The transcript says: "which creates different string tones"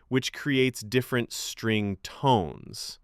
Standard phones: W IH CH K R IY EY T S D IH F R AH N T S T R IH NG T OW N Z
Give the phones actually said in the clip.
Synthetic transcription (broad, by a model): W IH CH K R IY EY T S D IH F R AH N T S T R IH NG T OW N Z